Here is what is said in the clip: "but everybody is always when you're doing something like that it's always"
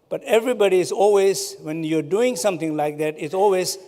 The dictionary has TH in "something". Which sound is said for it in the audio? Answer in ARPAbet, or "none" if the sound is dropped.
T